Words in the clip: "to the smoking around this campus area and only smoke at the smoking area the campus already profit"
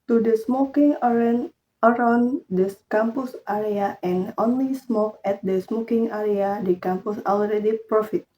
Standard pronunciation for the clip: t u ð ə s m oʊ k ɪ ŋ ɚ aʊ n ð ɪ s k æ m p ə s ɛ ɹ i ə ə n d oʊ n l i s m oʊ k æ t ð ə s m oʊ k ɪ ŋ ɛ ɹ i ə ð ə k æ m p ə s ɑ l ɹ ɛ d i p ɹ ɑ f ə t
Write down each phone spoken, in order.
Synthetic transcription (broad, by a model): t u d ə s m oʊ k ɪ ŋ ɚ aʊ n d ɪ s k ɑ m p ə s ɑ ɹ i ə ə n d oʊ n l i s m oʊ k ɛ t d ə s m oʊ k ɪ ŋ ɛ ɹ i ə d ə k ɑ m p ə s ɑ l ɹ ɛ d i p ɹ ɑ f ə t